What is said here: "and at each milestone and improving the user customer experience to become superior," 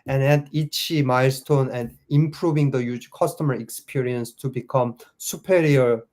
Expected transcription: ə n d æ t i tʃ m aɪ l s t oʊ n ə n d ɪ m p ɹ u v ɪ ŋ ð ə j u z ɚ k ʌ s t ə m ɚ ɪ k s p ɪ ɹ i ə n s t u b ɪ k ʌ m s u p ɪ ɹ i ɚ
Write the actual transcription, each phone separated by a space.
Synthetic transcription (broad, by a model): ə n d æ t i tʃ m aɪ l s t oʊ n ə n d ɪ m p ɹ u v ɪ ŋ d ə j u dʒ k ʌ s t ə m ɚ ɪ k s p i ɹ i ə n s t u b ɪ k ʌ m s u p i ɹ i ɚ